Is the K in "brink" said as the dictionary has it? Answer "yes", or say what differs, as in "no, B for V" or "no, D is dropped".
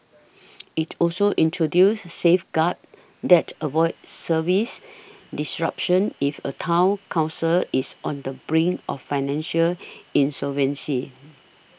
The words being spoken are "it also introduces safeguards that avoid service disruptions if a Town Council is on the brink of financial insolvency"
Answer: no, K is dropped